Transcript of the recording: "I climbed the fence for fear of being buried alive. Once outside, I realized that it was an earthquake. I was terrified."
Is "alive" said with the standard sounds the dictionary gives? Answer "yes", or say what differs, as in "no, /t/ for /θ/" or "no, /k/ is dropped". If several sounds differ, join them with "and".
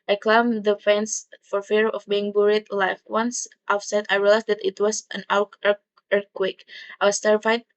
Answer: no, /f/ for /v/